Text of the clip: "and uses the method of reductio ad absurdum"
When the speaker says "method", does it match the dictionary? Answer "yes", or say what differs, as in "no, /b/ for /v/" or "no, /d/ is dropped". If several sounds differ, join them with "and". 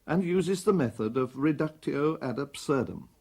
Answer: yes